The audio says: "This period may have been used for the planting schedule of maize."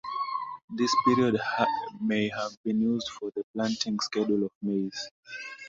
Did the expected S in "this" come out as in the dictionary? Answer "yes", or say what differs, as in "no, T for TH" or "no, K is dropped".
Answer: yes